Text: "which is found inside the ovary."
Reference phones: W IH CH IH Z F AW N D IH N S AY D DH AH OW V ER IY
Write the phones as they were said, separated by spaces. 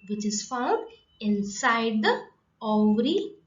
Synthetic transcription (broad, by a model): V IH CH IH Z F AW N D IH N S AY D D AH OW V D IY